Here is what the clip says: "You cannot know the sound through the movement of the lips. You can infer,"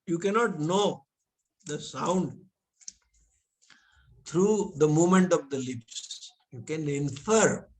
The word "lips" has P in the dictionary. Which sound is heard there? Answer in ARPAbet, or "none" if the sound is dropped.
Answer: P